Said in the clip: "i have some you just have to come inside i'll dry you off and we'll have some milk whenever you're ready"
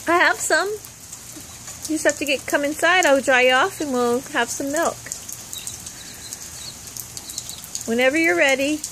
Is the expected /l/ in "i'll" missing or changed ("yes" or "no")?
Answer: yes